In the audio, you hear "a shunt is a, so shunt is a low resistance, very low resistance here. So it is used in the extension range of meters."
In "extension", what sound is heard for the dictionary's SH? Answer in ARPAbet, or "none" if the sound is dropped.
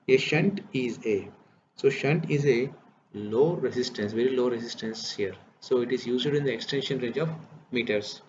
SH